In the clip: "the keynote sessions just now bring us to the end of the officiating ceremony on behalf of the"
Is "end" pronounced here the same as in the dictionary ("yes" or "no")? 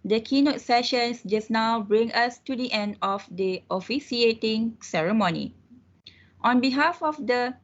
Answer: yes